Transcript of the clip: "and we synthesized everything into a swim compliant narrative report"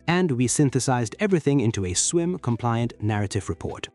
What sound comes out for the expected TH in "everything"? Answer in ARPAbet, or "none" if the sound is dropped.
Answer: TH